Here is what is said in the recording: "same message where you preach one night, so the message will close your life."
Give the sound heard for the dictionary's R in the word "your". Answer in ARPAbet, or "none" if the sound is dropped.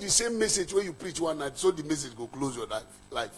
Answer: L